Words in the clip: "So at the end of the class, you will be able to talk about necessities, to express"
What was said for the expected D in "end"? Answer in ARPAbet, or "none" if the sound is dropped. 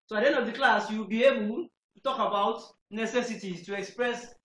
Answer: none